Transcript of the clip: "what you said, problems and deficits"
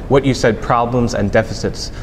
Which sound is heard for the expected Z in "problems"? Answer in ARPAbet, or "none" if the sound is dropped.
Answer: Z